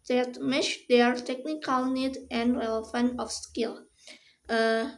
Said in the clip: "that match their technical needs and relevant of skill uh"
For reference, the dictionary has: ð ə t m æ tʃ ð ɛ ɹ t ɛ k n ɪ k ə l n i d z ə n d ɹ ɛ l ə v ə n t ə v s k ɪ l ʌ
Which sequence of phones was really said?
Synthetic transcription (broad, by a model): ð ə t m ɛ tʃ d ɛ ɹ t ɛ k n ɪ k ə l n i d ə n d ɹ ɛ l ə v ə n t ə f s k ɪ l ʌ